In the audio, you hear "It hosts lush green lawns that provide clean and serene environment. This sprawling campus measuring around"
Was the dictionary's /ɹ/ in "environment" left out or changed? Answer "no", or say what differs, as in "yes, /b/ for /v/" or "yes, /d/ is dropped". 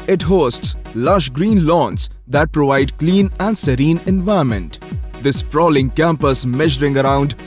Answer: yes, /ɹ/ is dropped